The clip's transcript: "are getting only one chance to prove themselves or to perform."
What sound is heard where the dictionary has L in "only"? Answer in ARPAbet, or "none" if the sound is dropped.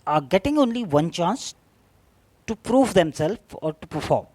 L